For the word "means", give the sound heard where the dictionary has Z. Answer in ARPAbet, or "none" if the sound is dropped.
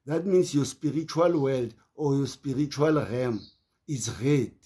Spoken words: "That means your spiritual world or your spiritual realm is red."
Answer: S